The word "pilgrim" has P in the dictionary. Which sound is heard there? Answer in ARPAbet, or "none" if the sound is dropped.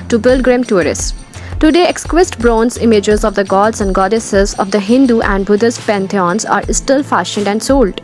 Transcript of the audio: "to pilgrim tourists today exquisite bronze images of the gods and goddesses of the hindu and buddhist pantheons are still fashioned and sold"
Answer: B